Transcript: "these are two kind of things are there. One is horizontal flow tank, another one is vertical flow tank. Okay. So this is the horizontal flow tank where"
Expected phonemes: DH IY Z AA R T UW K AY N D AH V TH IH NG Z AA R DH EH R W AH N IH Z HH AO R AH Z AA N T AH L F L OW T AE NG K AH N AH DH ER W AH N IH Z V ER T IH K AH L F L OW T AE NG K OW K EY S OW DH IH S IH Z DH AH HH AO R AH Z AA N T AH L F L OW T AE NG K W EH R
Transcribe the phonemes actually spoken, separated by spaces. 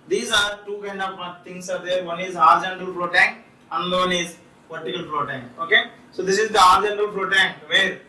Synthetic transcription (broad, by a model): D IY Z AA R T UW K AY N D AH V T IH NG S AA R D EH R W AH N IH Z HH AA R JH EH N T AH L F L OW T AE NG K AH N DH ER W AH N IH Z P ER T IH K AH L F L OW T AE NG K OW K EY S OW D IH S IH Z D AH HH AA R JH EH N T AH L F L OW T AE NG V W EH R